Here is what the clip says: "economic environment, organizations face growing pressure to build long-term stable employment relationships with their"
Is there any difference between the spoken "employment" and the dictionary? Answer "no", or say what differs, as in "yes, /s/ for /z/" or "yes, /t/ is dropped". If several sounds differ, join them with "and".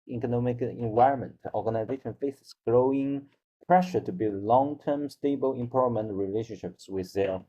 yes, /l/ is dropped